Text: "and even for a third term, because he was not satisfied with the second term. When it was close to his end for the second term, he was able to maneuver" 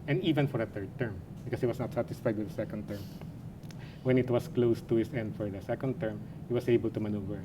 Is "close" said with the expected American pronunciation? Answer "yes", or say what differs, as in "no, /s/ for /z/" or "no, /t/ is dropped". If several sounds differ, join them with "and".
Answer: yes